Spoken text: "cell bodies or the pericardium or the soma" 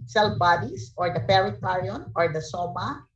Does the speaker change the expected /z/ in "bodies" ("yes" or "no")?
yes